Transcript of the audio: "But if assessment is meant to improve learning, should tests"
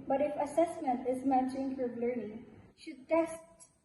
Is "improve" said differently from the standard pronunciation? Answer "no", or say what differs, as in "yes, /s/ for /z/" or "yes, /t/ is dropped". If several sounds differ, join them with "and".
yes, /b/ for /v/